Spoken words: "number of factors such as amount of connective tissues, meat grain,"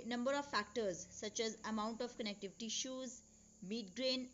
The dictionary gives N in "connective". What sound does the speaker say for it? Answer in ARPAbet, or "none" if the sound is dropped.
N